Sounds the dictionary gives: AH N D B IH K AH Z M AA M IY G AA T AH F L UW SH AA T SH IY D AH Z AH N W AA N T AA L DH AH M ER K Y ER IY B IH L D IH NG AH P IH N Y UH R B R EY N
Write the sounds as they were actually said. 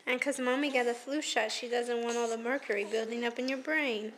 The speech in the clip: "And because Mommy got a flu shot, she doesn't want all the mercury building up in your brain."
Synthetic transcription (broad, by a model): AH N K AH Z M AA M IY G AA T AH F L UW SH AA T SH IY D AH Z AH N W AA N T AA L DH AH M ER K Y ER IY B IH L D IH NG AH P IH N Y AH R B R EY N